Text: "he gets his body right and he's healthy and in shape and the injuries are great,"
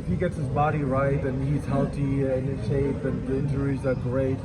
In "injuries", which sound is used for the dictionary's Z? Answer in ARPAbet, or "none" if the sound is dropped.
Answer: Z